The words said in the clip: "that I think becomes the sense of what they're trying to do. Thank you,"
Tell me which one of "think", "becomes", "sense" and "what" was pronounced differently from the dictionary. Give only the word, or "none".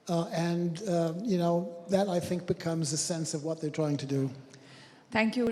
none